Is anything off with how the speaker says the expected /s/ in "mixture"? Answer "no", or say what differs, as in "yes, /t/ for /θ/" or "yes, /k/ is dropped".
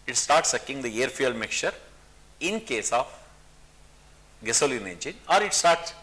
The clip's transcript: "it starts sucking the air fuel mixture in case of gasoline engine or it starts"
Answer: yes, /s/ is dropped